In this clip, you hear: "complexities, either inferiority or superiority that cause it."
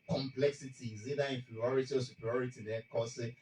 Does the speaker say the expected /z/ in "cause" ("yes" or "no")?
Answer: no